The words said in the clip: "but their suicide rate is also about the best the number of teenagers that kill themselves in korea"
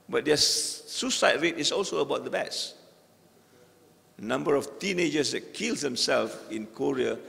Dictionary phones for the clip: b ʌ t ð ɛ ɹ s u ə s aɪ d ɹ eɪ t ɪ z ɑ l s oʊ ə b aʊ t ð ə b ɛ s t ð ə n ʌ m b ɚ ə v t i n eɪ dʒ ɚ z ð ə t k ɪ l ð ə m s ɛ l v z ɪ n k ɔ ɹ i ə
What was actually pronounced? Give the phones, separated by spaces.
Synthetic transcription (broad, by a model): b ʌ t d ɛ s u s aɪ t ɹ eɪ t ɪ s ɑ l s oʊ ə b aʊ t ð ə b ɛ t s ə n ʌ m b ɚ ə f t i n eɪ dʒ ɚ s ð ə t k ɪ l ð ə m s ɛ l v ɪ n k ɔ ɹ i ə